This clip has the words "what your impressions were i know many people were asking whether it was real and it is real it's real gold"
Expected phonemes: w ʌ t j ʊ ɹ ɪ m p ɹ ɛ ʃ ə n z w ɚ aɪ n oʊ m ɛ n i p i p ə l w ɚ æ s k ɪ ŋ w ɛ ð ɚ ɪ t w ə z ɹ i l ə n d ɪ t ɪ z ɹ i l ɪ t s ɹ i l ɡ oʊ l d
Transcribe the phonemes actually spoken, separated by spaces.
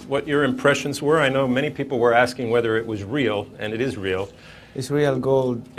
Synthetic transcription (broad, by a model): w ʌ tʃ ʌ ɹ ɪ m p ɹ ɛ ʃ ə n z w ɚ aɪ n oʊ m ɛ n i p i p l w ɚ æ s k ɪ ŋ w ɛ ð ɚ ɪ t w ə z ɹ i l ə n ɪ t ɪ z ɹ i l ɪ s ɹ i l ɡ oʊ l d